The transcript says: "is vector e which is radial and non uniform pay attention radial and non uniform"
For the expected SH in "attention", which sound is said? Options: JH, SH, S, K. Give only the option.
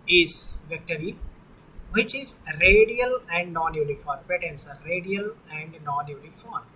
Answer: S